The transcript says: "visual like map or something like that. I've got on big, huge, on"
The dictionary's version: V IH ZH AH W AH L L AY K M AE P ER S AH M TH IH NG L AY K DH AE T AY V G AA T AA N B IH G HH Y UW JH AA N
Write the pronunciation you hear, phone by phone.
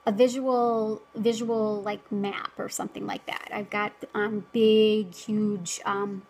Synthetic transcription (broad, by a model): V IH ZH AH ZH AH L L AY K M AE P ER S AH M TH IH NG L AY K DH AE T AY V G AA T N B IH G HH Y UW JH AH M